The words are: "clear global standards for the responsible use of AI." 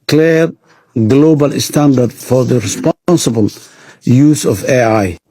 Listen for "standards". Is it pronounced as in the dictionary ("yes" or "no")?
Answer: no